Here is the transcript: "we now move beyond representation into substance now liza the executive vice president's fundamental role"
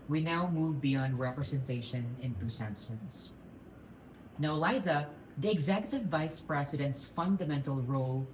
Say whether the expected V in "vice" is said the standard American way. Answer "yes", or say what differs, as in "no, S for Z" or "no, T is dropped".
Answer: yes